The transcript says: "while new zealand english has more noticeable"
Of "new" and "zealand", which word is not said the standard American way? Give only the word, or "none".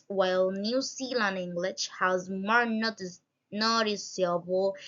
zealand